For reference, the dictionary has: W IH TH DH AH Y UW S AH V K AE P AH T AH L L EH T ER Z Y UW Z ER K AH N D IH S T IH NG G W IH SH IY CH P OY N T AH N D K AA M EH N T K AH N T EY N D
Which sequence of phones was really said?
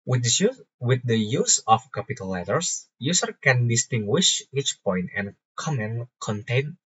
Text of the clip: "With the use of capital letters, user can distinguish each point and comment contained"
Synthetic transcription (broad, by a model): W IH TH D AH Y UW S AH F K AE P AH T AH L L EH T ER S Y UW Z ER K AH N D IH S T IH NG G W IH SH IY CH P OY N T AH N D K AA M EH N K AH N T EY N